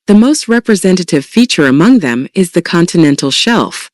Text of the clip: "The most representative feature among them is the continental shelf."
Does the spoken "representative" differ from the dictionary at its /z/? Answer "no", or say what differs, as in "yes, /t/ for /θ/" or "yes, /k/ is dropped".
no